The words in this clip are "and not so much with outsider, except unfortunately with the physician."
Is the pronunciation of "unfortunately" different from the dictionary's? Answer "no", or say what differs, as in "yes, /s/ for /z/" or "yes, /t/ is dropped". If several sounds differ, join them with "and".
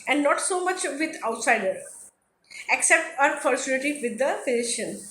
yes, /s/ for /tʃ/ and /l/ is dropped